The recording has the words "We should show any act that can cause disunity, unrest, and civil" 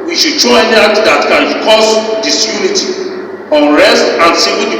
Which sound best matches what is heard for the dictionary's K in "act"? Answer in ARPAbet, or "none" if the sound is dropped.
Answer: none